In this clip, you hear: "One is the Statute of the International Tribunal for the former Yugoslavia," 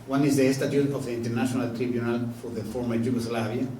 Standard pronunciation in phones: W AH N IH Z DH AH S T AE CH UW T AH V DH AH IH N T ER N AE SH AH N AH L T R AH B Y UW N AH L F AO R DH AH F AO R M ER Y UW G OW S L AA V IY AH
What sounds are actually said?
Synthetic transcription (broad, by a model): W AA N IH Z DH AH S T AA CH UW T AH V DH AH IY N T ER N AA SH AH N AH L T R AH B Y UW N AH L F AO R DH AH F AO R M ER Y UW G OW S L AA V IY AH